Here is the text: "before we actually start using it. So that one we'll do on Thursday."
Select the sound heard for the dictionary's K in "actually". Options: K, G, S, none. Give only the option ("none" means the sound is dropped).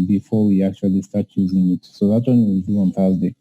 K